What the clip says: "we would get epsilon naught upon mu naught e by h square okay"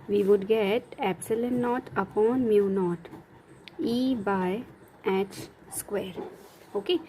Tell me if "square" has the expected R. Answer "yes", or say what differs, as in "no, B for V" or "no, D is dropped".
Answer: yes